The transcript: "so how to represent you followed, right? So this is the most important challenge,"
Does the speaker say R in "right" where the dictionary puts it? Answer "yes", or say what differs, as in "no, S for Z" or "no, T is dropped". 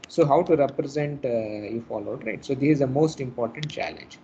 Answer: yes